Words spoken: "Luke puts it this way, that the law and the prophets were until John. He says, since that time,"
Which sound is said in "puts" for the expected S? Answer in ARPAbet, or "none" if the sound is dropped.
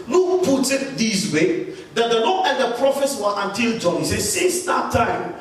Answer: none